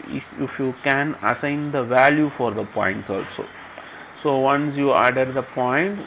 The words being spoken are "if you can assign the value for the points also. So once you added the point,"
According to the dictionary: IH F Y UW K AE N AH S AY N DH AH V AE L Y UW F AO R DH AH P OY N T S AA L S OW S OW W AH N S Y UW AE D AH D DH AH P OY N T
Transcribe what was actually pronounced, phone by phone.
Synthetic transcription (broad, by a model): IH F Y UW K AE N AH S AY N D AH V AE L Y UW F AO R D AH P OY N T AA L S OW S OW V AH N S Y UW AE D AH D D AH P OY N T